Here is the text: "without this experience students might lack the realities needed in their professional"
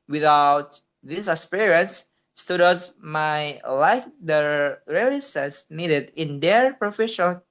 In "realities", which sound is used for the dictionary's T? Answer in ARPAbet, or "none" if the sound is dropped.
S